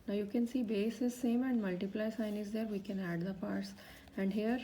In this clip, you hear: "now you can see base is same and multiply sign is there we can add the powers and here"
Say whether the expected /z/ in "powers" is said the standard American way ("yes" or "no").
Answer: no